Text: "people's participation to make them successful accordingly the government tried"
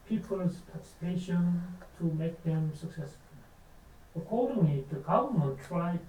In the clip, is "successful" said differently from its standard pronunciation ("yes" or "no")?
no